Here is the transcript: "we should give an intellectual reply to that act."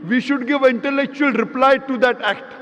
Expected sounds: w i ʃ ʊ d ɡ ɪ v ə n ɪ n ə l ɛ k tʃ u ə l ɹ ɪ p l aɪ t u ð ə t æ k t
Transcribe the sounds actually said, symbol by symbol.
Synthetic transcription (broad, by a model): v i ʃ ʊ d ɡ ɪ v ə n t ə l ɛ k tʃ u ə l ɹ ɪ p l aɪ t u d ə t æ k t